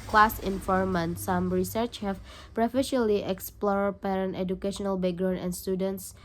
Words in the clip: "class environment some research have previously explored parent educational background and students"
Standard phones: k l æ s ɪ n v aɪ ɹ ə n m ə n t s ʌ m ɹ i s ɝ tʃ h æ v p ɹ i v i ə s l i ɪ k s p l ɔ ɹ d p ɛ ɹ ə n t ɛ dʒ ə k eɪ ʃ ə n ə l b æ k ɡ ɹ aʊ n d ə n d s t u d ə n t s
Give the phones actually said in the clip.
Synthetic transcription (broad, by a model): k l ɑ s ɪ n f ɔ ɹ m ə n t s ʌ m ɹ i s ɝ tʃ h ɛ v p ɹ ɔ f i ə l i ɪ k s p l ɔ ɹ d p ɛ ɹ ə n t ɛ dʒ ə k eɪ ʃ ə n ə l b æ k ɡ ɹ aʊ n ə n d s t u d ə n t s